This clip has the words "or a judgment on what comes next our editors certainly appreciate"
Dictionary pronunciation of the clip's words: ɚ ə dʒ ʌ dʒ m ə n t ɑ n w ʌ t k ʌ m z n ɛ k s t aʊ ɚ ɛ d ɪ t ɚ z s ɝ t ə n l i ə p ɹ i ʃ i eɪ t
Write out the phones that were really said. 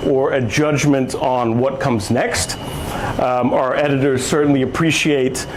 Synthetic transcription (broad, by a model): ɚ ə dʒ ʌ dʒ m ə n t n w ʌ t k ʌ m z n ɛ k s t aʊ ɚ ɛ d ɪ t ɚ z s ɝ t n l i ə p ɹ i ʃ i eɪ t